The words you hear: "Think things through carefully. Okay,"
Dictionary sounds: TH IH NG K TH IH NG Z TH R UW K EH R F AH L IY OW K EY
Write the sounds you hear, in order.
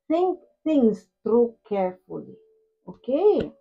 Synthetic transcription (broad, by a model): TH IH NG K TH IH NG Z T R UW K EH R F AH L IY OW K EY